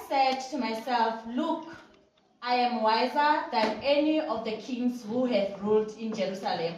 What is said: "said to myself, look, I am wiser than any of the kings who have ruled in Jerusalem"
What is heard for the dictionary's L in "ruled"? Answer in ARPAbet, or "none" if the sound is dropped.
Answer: L